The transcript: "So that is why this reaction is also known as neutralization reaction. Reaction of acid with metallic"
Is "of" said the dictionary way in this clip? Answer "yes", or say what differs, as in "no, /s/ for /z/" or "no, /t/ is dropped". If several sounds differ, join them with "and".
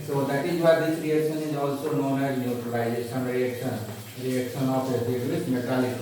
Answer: no, /p/ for /v/